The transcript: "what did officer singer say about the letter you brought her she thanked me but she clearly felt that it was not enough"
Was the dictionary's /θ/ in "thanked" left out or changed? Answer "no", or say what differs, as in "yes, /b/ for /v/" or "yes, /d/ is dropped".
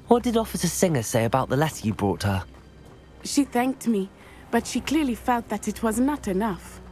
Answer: no